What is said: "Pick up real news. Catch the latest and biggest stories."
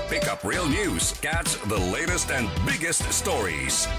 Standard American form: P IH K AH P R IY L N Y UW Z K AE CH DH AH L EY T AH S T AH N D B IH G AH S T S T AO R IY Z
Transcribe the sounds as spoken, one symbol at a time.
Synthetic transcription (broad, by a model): P IH K AH P R IY L N Y UW Z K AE S DH AH L EY T AH S T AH N B IH G AH S T S T AO R IY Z